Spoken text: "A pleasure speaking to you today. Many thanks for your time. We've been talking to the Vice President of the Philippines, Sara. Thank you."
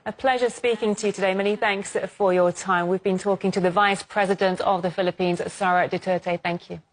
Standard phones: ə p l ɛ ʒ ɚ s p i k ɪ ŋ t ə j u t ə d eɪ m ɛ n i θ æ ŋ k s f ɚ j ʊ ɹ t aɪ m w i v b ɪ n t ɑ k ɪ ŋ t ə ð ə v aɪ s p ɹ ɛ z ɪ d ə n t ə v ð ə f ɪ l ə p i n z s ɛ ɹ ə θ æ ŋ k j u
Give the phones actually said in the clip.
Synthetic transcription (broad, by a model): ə p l ɛ ʒ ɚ s p i k ɪ ŋ t ə j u t ə d eɪ m ɛ n i θ æ ŋ k s f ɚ j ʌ t aɪ m w i v b ɪ n t ɑ k ɪ ŋ t ə ð ə v aɪ s p ɹ ɛ z ɪ d ə n t ə v ð ə f ɪ l ə p i n z s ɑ ɹ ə θ æ ŋ k j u